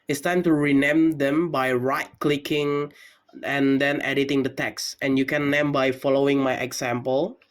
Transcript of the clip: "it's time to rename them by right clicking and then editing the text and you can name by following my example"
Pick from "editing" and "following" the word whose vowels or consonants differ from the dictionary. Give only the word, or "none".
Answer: none